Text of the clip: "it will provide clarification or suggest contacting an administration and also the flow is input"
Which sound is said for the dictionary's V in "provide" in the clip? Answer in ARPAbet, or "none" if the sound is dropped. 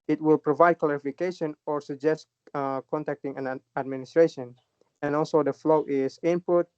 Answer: V